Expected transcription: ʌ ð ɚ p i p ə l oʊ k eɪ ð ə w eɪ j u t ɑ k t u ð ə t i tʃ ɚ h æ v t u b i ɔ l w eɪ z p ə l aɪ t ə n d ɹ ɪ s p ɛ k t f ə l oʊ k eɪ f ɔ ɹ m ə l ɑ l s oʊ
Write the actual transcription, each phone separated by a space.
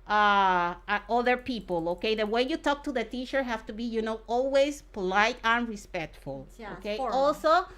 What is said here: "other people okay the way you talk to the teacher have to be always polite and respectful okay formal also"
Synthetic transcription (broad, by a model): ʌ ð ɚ p i p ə l oʊ k eɪ ð ə w eɪ j u t ɑ k t u ð ə t i tʃ ɚ h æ f t u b i ɔ l w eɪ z p ə l aɪ t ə n ɹ ɪ s p ɛ k t f ə l oʊ k eɪ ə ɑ l s oʊ